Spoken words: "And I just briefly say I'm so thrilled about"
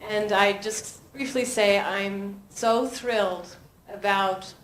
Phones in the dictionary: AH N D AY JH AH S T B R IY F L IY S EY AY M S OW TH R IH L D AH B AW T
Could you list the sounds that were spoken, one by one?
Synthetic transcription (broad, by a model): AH N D AY JH AH S T B R IY F L IY S EY AY M S OW TH R IH L D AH B AW T